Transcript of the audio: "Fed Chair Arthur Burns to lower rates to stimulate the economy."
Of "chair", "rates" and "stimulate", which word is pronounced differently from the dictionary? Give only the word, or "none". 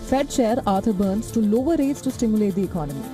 chair